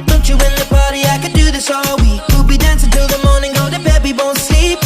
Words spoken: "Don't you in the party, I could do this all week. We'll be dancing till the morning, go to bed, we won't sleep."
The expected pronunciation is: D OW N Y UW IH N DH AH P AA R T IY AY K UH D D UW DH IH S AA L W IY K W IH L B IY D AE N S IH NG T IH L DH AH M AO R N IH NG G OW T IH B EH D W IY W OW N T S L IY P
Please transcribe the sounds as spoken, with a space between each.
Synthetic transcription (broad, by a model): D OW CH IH IH N DH AH P AA R T IY AY K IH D D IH DH IH S AA L W IY K W IH L B IY D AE N S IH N T IH L DH AH M AO R N IH NG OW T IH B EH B IY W OW N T S L IY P